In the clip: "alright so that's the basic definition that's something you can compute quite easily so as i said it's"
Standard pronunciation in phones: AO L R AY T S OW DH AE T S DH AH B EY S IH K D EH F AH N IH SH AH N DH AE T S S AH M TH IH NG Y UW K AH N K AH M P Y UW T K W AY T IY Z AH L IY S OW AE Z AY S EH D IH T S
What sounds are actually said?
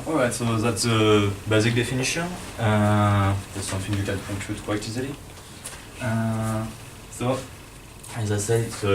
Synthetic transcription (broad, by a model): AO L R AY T S OW DH AE T S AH B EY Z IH K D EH F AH N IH SH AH N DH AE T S S AH M TH IH NG Y UW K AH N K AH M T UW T K W AY T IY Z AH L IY S OW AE Z AY S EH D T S